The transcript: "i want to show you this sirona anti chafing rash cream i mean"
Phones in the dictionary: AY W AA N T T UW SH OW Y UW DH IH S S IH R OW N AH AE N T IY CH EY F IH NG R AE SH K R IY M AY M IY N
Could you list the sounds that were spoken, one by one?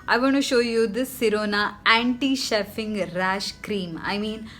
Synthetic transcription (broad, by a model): AY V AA N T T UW SH OW Y UW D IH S S IH R OW N AH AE N T IY SH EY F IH NG R AE SH K R IY M AY M IY N